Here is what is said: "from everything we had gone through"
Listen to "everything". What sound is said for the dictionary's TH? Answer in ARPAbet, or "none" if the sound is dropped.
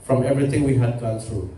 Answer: T